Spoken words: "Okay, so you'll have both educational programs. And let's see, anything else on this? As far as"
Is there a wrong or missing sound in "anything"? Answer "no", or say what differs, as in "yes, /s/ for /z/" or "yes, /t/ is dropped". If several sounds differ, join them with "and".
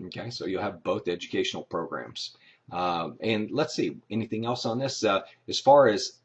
no